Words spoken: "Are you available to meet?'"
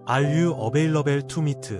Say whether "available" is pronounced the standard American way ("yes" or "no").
no